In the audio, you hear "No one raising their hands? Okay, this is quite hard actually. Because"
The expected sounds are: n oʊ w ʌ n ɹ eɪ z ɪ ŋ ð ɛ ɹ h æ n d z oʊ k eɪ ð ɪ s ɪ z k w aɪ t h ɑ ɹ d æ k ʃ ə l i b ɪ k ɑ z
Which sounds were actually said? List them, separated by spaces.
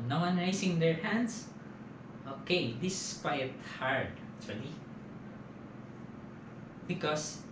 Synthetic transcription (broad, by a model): n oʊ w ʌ n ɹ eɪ s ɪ ŋ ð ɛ ɹ h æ n d s oʊ k eɪ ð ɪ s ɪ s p aɪ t h ɑ ɹ d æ k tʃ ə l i b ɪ k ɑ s